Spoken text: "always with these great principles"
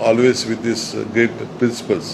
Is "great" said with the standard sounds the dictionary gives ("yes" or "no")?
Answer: no